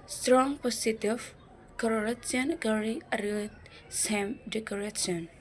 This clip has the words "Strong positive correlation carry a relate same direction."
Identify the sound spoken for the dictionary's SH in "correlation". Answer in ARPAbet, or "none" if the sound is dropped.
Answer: S